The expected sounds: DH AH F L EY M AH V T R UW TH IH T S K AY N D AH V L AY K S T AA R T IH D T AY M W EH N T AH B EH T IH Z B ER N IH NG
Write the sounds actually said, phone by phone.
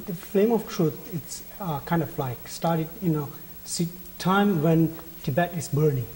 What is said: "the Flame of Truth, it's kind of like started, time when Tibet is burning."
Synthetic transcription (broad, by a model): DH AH F L EY M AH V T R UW T IH T S K AY N D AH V L AY K S T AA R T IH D T AY M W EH N T AH B EH T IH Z B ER N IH NG